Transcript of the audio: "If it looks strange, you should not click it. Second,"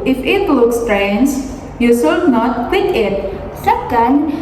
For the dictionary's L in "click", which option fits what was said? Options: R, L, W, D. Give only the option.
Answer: W